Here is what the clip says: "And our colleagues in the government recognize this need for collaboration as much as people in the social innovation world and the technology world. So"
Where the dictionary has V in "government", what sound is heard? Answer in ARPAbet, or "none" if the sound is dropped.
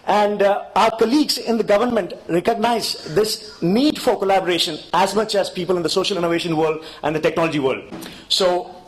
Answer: V